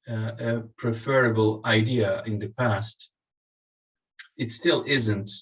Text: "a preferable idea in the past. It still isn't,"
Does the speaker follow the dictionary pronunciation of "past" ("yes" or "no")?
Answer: yes